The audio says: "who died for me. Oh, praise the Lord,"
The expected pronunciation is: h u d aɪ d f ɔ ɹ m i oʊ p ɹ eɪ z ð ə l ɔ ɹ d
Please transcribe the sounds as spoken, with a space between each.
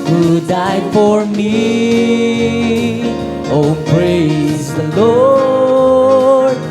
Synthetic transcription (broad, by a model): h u d aɪ d f ɔ ɹ m i oʊ p ɹ eɪ z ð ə l ɔ ɹ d